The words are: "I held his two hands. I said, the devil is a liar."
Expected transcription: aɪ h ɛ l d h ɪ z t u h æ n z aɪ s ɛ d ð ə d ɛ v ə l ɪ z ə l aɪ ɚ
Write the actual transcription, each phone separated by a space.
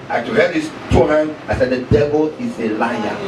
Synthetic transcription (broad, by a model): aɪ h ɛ d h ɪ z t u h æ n aɪ s ɛ d ð ə d ɛ v ə l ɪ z ə l aɪ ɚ